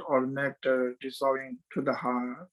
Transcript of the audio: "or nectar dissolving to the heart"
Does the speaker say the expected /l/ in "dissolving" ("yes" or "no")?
no